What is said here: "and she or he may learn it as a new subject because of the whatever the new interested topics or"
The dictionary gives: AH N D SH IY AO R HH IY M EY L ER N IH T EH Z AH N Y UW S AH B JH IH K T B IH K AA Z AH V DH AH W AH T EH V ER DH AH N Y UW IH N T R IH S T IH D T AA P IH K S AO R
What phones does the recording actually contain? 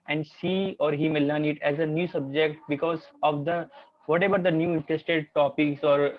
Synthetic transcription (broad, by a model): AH N D S IY AO R HH IY M EY L ER N IH T EH Z AH N Y UW S AH B JH IH K T B IH K AA Z AH V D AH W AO T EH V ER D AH N Y UW IH N T R IH S T IH D T AA P IH K S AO R